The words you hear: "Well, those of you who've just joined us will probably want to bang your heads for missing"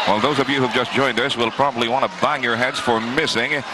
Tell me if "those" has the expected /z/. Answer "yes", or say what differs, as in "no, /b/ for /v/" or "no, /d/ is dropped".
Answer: yes